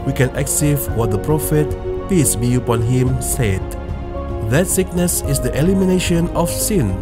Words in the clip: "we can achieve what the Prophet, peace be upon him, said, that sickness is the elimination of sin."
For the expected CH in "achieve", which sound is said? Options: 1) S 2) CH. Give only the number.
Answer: 1